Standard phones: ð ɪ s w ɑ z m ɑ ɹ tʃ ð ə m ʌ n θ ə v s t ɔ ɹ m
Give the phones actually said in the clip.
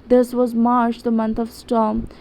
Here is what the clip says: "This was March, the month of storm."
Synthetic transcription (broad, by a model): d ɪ s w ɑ z m ɑ ɹ tʃ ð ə m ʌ n t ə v s t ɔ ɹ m